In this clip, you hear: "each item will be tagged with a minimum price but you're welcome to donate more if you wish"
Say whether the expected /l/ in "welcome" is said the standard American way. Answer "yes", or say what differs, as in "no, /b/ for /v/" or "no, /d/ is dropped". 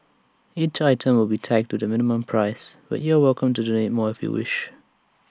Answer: yes